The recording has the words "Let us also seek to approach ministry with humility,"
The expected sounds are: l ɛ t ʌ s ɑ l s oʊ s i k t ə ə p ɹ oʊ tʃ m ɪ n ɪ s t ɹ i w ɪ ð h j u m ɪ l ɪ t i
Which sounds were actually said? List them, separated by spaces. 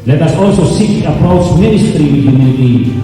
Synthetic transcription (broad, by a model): l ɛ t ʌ s ɑ l s oʊ s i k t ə ə p ɹ oʊ tʃ m ɪ n ɪ s t ɹ i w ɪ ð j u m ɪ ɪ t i